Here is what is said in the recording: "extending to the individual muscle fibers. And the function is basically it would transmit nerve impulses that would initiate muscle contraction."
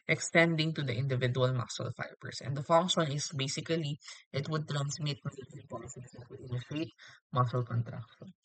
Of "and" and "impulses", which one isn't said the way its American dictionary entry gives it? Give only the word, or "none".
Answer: impulses